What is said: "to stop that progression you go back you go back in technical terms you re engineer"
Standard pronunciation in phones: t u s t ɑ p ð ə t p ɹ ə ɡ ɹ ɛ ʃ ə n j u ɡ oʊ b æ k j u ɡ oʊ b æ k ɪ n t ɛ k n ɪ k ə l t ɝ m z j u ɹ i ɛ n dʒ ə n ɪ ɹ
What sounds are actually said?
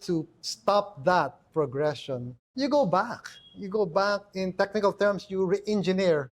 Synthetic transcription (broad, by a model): t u s t ɑ p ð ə t p ɹ ə ɡ ɹ ɛ ʃ ə n j u ɡ oʊ b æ k j u ɡ oʊ b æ k ɪ n t ɛ k n ɪ k ə l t ɝ m s j u ɹ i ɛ n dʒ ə n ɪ ɹ